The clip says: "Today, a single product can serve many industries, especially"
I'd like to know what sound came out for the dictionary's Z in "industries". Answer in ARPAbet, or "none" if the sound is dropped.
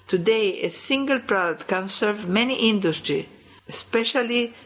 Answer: none